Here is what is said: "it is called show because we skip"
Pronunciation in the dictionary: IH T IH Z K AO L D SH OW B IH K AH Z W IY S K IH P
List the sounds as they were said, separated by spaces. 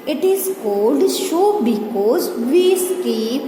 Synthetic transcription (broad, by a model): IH T IH Z K AO L D SH OW B IH K AH Z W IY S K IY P